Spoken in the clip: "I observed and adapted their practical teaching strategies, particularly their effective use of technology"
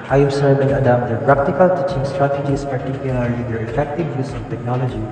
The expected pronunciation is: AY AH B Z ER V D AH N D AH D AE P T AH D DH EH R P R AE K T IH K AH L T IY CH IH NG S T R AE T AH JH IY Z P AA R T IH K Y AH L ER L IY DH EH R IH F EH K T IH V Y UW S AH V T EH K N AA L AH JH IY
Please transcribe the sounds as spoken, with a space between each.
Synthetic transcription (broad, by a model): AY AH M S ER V AH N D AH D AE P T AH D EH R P R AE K T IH K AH L T IY CH IH NG S T R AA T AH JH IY S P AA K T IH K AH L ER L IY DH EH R IH F EH K T IH V Y UW S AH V T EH K N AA L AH JH IY